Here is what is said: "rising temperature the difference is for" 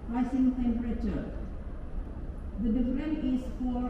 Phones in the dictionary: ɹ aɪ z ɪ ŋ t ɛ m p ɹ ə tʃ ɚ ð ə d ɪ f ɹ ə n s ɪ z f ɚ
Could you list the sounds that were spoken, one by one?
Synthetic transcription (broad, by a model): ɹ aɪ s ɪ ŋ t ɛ m p ɹ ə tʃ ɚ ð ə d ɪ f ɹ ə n ɪ s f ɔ